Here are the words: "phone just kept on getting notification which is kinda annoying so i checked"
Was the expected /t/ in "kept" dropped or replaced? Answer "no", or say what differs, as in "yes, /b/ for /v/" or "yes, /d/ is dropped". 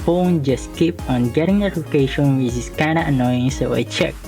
yes, /t/ is dropped